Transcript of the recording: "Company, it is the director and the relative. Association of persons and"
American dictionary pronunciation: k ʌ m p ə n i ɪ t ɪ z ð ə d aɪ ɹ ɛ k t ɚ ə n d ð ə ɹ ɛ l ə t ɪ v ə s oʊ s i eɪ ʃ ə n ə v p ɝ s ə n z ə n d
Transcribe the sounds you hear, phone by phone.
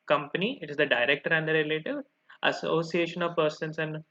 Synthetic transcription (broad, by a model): k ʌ m p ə n i ɪ t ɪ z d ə d aɪ ɹ ɛ k t ɚ ə n d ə ɹ ɛ l ə t ɪ v ə s oʊ s i eɪ ʃ ə n ə v p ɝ s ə n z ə n d